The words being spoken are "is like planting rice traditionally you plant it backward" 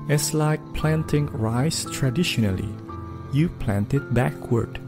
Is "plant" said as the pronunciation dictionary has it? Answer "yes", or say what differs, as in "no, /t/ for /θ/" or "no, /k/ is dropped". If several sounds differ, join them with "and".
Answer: yes